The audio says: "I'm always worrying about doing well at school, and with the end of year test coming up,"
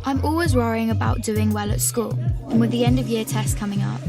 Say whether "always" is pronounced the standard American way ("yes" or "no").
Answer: yes